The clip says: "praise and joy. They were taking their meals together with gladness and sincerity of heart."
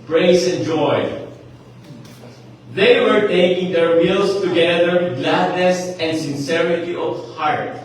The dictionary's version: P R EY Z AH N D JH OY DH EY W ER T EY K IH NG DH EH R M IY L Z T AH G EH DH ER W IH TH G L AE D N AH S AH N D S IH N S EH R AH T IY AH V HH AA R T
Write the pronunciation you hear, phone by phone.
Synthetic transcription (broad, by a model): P R EY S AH N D JH OY DH EY W ER T EY K IH NG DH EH R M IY L S T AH G EH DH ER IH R G L AE D N AH S AH N D S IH N S EH R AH T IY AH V HH AA R T